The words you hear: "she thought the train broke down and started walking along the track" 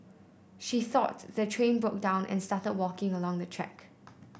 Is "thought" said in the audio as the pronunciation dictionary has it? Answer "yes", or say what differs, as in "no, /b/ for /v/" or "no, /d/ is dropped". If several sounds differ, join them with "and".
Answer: yes